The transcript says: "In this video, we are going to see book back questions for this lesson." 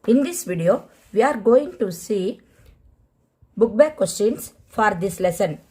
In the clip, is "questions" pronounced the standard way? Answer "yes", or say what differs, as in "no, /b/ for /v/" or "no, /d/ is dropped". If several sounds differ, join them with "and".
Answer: no, /s/ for /z/